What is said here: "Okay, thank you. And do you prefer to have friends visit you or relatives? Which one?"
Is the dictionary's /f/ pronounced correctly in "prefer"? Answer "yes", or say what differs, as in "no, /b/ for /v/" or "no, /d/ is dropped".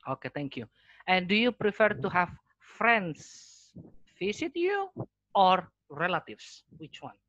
yes